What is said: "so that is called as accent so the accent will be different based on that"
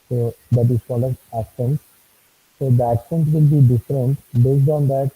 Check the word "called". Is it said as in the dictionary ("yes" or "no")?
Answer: no